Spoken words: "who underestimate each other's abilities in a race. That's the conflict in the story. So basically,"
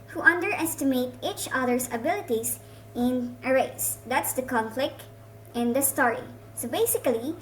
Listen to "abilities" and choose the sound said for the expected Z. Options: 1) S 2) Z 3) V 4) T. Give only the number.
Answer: 1